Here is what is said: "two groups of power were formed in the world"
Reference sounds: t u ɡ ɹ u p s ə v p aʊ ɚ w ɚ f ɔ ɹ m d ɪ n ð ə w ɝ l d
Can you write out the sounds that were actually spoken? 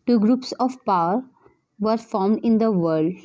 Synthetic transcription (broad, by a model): t u ɡ ɹ u p s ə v p aʊ ɚ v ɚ f ɔ ɹ m d ɪ n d ə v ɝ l d